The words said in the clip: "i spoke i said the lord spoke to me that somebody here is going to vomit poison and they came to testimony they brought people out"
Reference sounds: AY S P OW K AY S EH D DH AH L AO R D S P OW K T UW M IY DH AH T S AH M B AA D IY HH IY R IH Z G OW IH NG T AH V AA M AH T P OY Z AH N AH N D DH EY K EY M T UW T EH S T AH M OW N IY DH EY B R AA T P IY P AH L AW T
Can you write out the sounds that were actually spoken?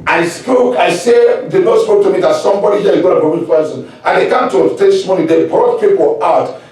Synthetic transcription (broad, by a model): AY S P OW K AY S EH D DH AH N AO S P OW K T UW M IY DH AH T S AH M B AA D IY HH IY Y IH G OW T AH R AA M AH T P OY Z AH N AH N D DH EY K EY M T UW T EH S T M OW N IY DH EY B R AA T P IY P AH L AW T